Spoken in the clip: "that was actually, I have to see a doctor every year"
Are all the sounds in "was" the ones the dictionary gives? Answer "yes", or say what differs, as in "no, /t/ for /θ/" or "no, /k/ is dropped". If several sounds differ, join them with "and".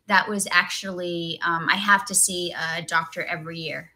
yes